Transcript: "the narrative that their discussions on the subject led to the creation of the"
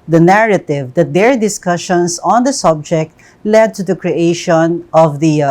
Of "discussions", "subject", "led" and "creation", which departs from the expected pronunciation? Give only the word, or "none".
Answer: discussions